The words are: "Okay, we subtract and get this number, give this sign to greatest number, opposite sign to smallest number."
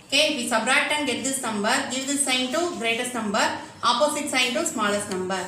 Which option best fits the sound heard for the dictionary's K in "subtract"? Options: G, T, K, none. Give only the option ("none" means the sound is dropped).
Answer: none